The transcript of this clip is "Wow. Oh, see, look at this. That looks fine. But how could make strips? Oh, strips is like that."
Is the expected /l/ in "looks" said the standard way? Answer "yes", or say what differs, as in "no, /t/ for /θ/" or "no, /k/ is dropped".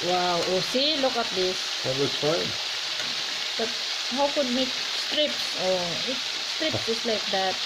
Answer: no, /w/ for /l/